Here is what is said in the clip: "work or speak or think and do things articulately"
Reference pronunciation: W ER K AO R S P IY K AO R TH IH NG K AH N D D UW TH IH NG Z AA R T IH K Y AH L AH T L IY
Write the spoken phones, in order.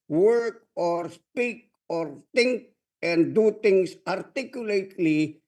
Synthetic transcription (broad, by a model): W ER K AO R S P IY K AO R T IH NG K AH N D D UW T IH NG S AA R T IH K Y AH L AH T L IY